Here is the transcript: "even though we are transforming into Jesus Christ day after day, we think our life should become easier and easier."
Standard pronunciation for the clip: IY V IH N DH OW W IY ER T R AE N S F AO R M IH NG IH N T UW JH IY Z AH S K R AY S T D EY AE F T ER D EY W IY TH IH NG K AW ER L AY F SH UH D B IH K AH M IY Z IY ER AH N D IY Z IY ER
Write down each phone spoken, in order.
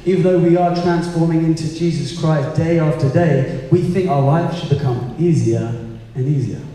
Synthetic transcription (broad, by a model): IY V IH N DH OW W IY ER T R AE N S F AO R M IH NG IH N T UW JH IY Z AH S K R AY S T D EY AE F T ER D EY W IY TH IH NG K AW ER L AY F SH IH D B IH K AH M IY Z IY ER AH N IY Z IY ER